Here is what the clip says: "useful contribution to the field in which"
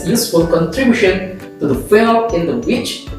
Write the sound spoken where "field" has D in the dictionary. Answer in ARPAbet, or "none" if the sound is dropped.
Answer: none